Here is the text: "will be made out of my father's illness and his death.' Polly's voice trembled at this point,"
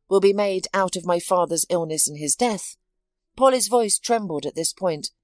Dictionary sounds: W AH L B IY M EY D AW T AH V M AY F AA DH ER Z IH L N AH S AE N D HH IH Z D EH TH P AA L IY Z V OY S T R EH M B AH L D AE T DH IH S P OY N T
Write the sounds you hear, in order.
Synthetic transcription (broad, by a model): W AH L B IY M EY D AW T AH V M AY F AA DH ER Z IH L N AH S N IH Z D EH TH P AA L IY Z V OY S T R EH M B L D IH T DH IH S P OY N T